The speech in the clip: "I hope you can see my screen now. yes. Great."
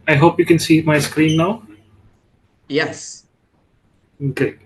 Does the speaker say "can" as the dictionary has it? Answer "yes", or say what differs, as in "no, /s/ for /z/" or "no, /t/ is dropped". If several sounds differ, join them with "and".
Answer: yes